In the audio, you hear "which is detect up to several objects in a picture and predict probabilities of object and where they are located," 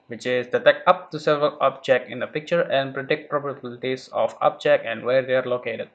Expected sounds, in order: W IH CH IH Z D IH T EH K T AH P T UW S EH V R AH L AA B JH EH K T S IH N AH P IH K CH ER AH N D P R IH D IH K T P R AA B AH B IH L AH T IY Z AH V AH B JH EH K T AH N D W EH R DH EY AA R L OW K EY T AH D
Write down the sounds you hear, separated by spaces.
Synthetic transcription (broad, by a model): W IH CH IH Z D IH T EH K AH P T UW S EH V R AH L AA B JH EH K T IH N AH P IH K CH ER AH N D P R IH D IH K T P R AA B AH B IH L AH T IY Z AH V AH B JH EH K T AH N D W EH R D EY AA R L OW K EY T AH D